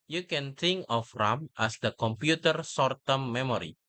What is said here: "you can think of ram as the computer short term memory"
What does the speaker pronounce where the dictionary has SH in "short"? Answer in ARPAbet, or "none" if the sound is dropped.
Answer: S